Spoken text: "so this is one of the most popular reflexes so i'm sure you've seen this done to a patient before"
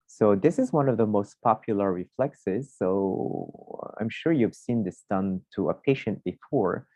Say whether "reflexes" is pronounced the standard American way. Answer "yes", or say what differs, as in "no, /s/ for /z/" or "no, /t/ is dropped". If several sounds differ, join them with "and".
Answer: yes